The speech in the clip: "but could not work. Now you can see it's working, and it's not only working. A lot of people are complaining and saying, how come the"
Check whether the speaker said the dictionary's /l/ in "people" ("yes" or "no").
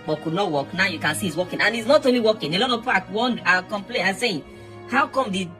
no